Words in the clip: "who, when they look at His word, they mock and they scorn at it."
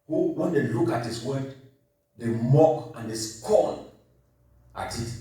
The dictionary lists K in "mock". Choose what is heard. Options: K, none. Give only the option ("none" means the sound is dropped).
K